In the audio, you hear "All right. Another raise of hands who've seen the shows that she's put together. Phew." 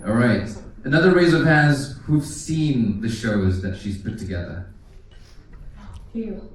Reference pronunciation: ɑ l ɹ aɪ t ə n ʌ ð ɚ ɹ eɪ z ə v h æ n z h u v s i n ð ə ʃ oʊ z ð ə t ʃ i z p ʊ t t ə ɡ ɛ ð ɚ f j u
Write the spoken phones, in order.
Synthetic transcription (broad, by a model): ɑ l ɹ aɪ t ə n ʌ ð ɚ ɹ eɪ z ə v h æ z h u v s i n ð ə ʃ oʊ z ð ə t ʃ i z p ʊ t t ə ɡ ɛ ð ɚ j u